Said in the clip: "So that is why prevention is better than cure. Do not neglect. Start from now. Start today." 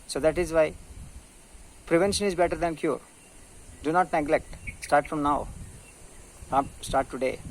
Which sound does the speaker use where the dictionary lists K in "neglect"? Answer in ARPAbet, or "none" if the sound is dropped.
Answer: K